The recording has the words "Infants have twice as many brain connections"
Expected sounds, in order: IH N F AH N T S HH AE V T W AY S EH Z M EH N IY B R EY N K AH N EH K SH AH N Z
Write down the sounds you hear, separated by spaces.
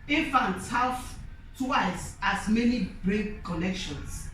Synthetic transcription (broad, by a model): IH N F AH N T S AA W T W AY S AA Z M EH N IY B R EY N K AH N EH K SH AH N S